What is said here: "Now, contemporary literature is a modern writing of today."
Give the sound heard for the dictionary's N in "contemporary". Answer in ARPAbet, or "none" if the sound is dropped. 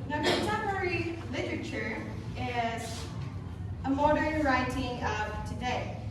none